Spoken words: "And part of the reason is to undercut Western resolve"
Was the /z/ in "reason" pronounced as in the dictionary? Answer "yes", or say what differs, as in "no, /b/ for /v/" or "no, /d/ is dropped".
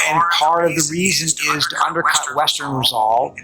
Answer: yes